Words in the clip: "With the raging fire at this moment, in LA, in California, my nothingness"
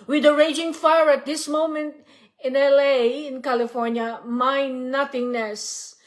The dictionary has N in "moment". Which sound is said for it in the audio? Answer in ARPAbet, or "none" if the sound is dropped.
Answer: N